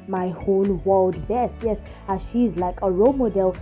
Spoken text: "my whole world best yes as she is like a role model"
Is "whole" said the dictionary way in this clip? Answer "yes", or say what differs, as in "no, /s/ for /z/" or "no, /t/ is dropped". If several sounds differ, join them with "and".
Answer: no, /n/ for /l/